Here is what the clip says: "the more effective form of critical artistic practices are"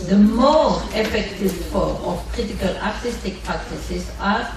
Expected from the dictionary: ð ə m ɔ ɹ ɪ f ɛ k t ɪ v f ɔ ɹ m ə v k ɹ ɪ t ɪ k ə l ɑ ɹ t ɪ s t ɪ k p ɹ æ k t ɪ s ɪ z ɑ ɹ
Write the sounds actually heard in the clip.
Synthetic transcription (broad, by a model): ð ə m ɔ ɹ ɪ f ɛ k t ɪ v f ɔ ɹ m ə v k ɹ ɪ t ɪ k ə l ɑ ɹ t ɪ s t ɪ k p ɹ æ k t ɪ s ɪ s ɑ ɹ